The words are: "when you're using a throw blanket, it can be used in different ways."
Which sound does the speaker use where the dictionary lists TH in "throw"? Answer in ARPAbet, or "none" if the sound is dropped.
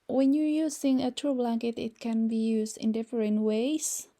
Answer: T